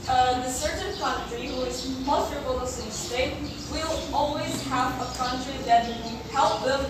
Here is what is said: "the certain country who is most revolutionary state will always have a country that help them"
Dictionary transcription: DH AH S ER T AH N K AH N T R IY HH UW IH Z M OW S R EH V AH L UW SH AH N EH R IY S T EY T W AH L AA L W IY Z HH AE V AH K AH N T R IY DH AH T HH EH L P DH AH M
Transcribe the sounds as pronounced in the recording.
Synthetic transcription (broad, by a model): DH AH S ER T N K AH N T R IY HH UW IH Z M OW S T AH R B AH AH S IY S T EY T W AH L AA L W IY Z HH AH V AH K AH N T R IY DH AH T HH EH L P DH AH